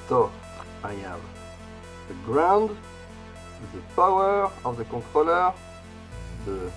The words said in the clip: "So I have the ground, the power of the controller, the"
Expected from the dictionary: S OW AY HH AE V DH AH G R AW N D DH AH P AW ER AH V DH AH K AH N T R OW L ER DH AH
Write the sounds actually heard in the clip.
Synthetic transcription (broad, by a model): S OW AY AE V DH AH G R AW N D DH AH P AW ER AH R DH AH K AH T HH OW L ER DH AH